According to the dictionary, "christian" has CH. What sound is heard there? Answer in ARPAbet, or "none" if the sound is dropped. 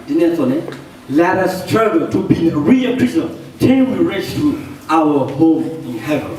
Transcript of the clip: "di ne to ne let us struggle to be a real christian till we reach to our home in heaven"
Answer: none